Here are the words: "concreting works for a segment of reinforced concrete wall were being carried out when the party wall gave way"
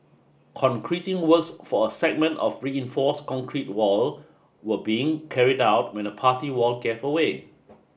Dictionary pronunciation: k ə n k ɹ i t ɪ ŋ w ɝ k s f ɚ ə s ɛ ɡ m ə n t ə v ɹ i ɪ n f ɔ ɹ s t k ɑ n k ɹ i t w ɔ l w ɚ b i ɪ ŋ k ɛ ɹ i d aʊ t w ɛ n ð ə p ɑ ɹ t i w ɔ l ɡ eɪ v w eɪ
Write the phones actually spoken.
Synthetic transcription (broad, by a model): k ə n k ɹ i t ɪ ŋ w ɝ k s f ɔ ə s ɛ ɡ m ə n t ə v ɹ i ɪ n f ɔ s k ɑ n k ɹ i t w ɔ l w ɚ b i ɪ ŋ k ɛ ɹ i d aʊ t w ɛ n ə p ɑ t i w ɔ l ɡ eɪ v w eɪ